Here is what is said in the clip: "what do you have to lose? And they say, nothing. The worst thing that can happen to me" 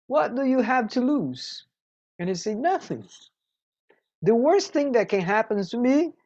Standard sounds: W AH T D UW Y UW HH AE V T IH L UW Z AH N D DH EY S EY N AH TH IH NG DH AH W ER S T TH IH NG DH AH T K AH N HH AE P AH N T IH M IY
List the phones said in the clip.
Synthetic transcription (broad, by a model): W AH T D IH Y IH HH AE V T IH L UW Z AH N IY S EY N AH TH IH NG DH AH W ER S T TH IH NG DH AH T K AH N HH AE P AH N T IH M IY